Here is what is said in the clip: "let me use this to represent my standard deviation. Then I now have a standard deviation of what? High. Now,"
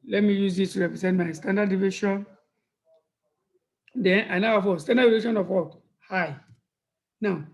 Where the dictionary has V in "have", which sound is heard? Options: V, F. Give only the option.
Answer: F